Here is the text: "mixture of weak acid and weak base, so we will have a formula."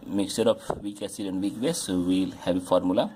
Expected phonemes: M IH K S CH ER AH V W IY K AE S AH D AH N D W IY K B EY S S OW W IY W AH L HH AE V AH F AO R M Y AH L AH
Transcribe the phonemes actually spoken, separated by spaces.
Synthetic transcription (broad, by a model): M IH K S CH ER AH P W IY K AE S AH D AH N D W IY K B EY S S OW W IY L HH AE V AH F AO R M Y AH L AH